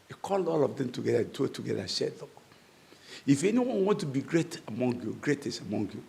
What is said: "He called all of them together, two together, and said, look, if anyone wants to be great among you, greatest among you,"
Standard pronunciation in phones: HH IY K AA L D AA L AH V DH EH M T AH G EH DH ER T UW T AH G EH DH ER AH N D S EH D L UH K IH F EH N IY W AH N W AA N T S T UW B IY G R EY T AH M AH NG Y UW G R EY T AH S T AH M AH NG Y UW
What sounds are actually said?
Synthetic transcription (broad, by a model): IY K AA L D AA L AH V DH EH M T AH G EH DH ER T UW T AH G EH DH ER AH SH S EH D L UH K IH F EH N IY W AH N W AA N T T UW B IY G R EY T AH M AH NG Y UW G R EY T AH S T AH M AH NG Y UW